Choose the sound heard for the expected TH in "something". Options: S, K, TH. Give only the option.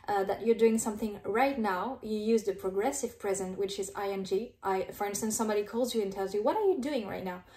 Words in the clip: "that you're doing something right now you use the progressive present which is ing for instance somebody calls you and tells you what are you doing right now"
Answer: TH